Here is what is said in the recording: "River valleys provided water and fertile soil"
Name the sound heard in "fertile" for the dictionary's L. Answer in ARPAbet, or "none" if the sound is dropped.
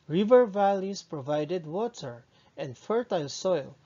L